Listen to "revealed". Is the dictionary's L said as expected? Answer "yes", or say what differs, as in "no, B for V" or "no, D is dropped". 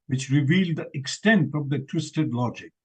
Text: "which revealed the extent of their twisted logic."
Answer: yes